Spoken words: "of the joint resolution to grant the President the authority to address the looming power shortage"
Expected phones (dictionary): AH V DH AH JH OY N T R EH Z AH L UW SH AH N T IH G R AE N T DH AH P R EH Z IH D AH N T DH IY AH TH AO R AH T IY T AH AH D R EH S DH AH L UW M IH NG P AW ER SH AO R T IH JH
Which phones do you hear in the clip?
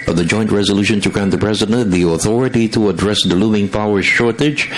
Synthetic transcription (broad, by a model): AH V DH AH JH OY N T R EH Z AH L UW SH AH N T IH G R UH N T DH AH P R EH Z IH D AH N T DH IY AH TH AO R AH T IY T AH AH D R EH S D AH L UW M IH NG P AW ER SH AO R T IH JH